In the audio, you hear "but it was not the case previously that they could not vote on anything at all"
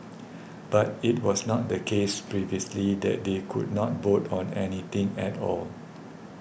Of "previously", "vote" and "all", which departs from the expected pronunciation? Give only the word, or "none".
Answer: vote